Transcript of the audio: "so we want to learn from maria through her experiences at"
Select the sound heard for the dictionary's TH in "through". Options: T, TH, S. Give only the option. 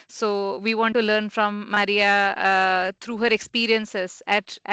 T